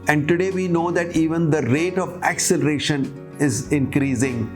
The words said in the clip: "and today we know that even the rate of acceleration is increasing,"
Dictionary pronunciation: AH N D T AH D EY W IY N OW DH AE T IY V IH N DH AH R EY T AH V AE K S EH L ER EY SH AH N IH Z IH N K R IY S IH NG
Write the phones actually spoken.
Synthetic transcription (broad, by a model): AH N D T AH D EY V IY N OW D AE T IY V IH N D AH R EY T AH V AE K S EH L ER EY SH AH N IH Z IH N K R IY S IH NG